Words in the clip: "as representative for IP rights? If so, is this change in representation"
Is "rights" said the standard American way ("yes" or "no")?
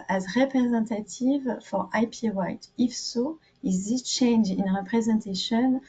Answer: no